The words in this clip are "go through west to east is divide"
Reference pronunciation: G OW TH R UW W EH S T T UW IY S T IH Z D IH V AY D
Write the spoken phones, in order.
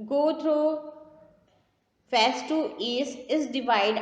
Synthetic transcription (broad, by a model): G OW T R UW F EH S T T UW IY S IH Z D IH V AY D